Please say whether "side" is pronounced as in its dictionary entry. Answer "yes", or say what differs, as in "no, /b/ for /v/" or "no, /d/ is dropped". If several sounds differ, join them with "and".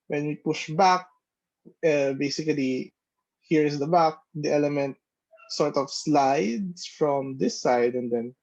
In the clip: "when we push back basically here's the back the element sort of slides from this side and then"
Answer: yes